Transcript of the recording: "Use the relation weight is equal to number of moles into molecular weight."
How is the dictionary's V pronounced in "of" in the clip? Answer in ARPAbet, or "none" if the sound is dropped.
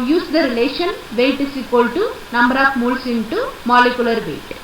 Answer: P